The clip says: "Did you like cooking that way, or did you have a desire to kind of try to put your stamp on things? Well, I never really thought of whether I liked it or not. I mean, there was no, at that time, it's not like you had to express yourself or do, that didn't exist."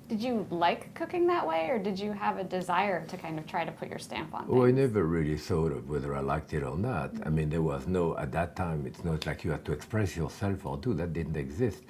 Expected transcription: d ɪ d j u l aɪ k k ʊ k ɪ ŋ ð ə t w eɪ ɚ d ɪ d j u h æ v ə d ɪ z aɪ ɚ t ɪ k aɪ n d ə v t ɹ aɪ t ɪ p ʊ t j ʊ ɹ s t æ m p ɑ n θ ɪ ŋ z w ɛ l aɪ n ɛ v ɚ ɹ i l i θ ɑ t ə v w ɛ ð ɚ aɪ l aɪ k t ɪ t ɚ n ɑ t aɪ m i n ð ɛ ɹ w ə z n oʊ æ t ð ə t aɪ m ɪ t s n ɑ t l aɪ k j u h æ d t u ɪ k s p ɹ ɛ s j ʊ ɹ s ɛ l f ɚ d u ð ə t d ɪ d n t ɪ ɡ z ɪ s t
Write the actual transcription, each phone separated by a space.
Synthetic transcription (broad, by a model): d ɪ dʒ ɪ l aɪ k k ʊ k ɪ ŋ ð ə t w eɪ ɚ d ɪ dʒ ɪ v ə d ɪ z aɪ ɚ t ɪ k aɪ n d ə v t ɹ aɪ t ɪ p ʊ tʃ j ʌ ɹ s t æ m p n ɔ aɪ n ɛ v ɚ ɹ i l i θ ɑ t ə v w ɛ ð ɚ aɪ l aɪ k t ɪ t ɚ n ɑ t aɪ m i n ð ɛ ɹ w ə z n oʊ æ t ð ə t aɪ m ɪ t s n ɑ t l aɪ k j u h æ d t u ɪ k s p ɹ ɛ s j ʊ ɹ s ɛ l f ɚ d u ð ə t d ɪ d n t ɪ ɡ z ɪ s t